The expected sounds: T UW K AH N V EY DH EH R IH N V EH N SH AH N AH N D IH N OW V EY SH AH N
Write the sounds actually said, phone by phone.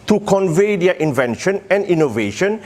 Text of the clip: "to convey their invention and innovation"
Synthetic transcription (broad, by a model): T UW K AH N V EY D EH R IH N V EH N SH AH N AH N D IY N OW V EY SH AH N